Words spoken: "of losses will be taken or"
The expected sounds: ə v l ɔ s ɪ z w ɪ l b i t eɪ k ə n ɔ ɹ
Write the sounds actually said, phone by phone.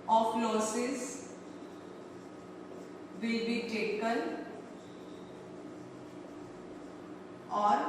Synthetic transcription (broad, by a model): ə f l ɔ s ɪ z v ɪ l b i t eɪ k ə l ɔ ɹ